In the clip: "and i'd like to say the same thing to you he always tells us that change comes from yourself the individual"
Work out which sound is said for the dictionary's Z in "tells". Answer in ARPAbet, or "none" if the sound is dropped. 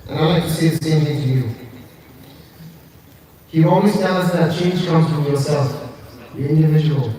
none